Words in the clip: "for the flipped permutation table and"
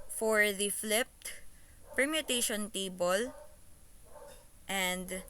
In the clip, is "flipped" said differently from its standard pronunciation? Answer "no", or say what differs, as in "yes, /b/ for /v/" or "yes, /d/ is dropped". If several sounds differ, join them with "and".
no